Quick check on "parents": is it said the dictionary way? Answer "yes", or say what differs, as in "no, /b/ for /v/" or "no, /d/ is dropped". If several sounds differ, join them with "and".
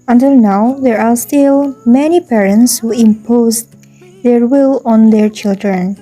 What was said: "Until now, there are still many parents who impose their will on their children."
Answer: yes